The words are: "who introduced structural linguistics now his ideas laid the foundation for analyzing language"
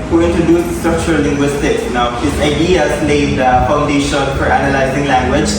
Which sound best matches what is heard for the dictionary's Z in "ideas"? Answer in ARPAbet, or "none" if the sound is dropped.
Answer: S